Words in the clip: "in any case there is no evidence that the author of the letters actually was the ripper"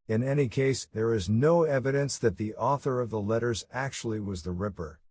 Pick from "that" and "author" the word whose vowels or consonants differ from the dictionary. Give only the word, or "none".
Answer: none